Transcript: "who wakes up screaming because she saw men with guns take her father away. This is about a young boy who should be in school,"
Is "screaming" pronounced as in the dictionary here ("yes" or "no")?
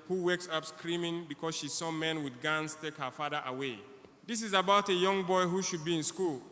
yes